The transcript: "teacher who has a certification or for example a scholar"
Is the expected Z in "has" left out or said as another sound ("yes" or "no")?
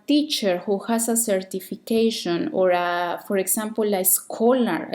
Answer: yes